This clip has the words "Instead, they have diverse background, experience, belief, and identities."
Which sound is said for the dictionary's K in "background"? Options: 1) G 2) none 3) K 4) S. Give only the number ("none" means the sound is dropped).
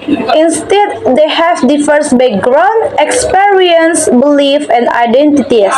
2